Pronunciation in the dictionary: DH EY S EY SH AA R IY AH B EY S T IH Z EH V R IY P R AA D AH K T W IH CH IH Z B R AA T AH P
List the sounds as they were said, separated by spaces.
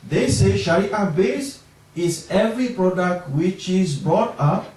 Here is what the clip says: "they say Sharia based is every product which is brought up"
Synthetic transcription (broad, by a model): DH EY S EY SH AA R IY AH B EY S IH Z EH V R IY P R AA D AH K T W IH CH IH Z B R AA T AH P